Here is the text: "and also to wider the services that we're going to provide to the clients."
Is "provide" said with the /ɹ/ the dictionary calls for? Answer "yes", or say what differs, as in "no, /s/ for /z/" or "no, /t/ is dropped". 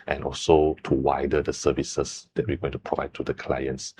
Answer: yes